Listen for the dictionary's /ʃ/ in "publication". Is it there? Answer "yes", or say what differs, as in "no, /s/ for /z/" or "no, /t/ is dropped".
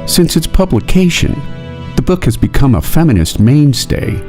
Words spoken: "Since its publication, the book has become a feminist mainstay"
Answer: yes